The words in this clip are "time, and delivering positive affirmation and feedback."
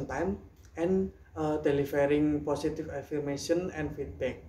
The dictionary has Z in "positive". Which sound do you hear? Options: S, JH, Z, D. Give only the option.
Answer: S